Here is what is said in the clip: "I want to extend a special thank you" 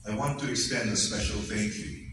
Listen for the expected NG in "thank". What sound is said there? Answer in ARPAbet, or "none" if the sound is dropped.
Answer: none